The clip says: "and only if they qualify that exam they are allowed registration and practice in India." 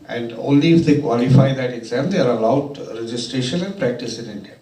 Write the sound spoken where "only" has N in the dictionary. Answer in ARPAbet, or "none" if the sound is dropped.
N